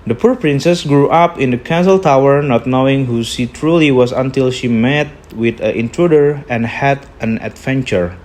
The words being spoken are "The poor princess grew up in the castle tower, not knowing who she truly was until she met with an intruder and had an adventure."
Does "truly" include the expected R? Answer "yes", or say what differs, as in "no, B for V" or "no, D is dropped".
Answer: yes